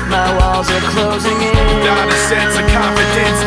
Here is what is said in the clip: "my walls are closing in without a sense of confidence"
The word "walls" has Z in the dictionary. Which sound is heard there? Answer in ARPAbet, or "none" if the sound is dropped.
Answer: Z